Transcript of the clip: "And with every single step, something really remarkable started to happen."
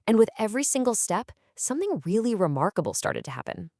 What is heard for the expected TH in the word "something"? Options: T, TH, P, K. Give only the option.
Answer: TH